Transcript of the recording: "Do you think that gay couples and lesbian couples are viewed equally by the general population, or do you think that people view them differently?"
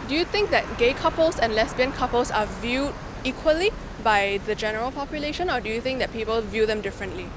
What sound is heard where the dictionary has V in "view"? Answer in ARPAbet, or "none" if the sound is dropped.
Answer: V